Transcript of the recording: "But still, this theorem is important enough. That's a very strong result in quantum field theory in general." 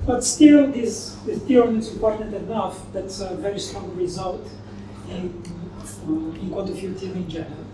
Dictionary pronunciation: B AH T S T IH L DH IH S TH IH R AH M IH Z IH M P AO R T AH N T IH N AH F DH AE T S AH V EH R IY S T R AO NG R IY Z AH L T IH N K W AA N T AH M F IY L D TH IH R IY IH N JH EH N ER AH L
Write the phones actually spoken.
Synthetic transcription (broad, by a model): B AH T S T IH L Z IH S T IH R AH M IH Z IH M P AO R T AH N T IH N AH F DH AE T S AH V EH R IY S T R AO NG R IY Z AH L T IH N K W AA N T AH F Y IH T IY IH N JH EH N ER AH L